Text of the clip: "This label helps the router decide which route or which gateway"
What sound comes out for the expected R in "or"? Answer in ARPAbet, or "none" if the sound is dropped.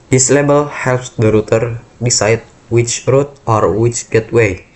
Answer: R